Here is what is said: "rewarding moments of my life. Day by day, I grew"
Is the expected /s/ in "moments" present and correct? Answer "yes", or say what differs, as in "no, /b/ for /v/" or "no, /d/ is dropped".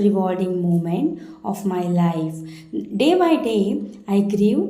no, /s/ is dropped